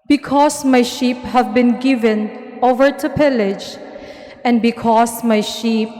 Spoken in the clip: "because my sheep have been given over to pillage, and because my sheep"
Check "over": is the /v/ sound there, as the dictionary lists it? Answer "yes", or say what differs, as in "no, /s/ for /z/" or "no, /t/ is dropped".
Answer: yes